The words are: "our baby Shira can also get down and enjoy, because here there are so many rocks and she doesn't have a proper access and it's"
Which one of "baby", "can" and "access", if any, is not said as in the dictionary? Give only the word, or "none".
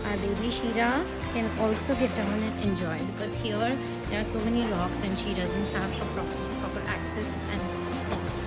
none